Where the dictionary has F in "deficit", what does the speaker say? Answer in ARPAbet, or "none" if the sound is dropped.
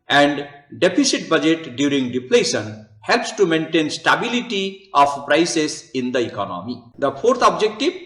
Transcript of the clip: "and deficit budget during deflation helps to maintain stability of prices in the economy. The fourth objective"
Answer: P